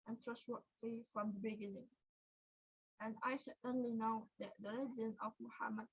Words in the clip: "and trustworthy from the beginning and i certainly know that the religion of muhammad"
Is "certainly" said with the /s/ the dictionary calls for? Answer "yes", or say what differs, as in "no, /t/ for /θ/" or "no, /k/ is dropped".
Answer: no, /ʃ/ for /s/